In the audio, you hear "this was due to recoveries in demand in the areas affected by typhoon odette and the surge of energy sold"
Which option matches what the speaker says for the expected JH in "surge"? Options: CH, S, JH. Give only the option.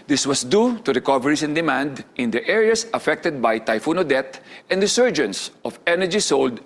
JH